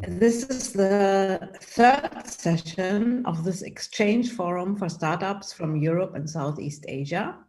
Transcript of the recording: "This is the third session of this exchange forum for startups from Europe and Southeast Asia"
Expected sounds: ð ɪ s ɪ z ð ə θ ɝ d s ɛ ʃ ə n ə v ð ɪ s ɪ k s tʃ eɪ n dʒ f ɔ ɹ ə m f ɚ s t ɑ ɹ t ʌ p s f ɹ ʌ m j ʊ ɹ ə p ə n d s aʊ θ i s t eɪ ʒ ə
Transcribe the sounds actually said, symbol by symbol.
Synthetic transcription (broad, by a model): ð ɪ s ɪ z ð ə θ ɝ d s ɛ ʃ ə n ə v ð ɪ s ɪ k s tʃ eɪ n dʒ f ɔ ɹ ə m f ɚ s t ɑ ɹ t ʌ p s f ɹ ʌ m j ʊ ɹ ə p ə n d s aʊ θ i s t eɪ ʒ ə